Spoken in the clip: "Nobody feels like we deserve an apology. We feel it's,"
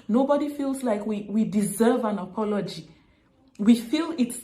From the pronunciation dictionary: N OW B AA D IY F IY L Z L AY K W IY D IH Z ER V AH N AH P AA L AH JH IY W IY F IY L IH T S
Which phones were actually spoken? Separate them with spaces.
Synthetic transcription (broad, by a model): N OW B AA D IY F IY L Z L AY K W IY D IH Z ER V AH N AH P AA L AH JH IY W IY F IY L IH T S